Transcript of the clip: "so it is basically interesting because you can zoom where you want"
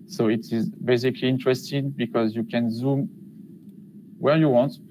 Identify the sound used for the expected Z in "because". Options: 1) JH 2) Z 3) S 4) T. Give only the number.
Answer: 2